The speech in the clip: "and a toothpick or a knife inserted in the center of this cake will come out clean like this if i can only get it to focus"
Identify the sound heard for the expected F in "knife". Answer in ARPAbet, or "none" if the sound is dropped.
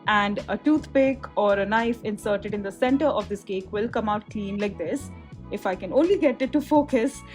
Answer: F